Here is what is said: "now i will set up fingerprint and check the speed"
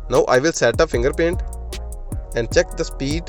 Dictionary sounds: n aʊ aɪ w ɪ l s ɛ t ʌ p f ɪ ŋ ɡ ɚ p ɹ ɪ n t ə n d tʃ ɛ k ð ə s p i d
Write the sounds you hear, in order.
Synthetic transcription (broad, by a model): n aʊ aɪ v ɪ l s ɛ t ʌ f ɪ ŋ ɡ ɚ p ɛ n t ə n d tʃ ɛ k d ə s p i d